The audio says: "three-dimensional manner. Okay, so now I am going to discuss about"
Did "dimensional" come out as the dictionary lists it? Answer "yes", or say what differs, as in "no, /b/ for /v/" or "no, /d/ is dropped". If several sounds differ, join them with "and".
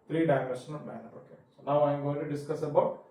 no, /n/ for /l/